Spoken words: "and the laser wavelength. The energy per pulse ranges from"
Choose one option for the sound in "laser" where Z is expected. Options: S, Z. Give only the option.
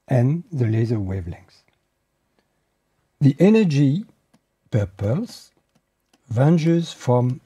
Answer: Z